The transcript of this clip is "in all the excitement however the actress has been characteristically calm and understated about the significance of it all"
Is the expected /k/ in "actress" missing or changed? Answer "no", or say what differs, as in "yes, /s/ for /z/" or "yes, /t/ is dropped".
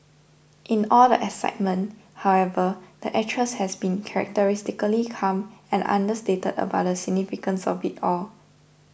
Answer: yes, /k/ is dropped